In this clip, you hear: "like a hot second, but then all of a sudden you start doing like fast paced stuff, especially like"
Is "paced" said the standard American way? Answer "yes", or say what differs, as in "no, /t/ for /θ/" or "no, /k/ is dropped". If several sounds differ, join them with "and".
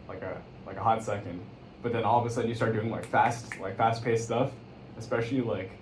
yes